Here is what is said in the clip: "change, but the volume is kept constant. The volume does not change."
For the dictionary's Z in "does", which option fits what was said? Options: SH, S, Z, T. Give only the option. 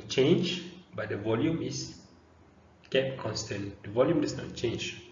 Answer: S